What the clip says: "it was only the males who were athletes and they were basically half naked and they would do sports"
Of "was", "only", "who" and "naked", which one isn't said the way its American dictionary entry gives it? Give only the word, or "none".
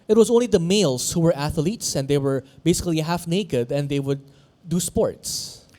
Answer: none